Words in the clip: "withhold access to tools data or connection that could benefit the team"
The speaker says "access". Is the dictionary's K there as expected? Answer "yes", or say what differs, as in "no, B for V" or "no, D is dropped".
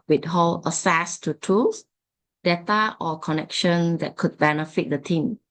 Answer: no, K is dropped